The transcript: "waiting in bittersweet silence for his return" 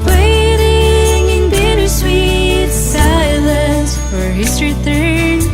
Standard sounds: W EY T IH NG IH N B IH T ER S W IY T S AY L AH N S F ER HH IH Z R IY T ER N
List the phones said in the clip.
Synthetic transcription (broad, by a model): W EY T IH NG IH N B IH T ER S W IY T S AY L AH S F ER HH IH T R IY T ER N